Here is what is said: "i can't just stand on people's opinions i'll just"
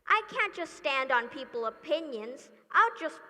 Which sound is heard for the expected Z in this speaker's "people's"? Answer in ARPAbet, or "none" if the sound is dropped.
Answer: none